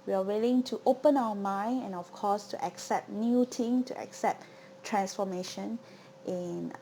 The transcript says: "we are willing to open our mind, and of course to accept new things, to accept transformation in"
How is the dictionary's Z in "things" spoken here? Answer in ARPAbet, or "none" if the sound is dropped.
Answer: none